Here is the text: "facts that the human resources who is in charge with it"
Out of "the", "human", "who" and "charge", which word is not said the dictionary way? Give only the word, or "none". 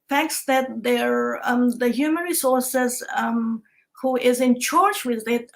charge